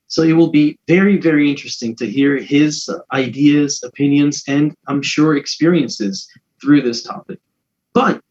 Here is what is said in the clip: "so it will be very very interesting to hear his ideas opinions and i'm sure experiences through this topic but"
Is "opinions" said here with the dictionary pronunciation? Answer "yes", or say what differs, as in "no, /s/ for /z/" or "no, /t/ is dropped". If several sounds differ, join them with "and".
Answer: yes